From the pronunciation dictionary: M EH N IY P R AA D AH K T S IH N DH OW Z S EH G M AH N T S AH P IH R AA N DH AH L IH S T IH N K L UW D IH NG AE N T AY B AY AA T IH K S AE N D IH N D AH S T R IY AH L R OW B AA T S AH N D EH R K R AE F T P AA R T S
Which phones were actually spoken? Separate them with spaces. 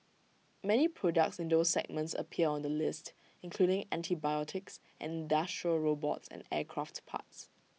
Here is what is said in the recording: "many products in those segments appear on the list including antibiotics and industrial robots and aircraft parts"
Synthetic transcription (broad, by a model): M EH N IY P R AA D AH K T S IH N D OW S EH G M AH N T S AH P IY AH AA N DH AH L IH S T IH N K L UW D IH NG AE N T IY B AY AA T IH K S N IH N D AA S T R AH R OW B AA T S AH N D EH K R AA F T P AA T S